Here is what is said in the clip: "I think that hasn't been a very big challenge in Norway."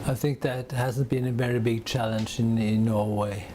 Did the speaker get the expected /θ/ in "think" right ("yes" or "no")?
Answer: yes